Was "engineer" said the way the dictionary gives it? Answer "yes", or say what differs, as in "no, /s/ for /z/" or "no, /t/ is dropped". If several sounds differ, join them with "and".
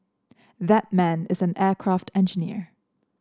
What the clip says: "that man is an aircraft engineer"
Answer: yes